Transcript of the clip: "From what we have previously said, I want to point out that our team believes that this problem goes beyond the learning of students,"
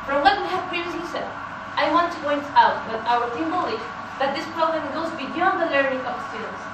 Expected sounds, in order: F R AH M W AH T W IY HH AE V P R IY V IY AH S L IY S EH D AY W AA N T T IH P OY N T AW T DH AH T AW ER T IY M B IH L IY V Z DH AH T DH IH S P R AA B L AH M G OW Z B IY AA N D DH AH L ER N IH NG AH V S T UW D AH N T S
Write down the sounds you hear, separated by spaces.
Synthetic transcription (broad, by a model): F R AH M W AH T W IY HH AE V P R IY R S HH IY S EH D AY W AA N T T IH P OY N T AW T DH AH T AW ER T IY M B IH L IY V DH AH T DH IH S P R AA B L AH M G OW Z B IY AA N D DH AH L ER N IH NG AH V S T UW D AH N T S